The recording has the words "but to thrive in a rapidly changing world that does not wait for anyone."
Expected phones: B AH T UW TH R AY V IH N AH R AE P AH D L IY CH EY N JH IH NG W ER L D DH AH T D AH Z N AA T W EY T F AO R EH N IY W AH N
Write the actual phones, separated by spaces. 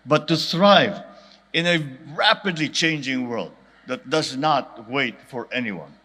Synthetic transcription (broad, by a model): B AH T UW T R AY V IH N AH R AE P AH D L IY CH EY N JH IH NG W ER L D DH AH T D AH Z N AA T W EY T F AO R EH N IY W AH N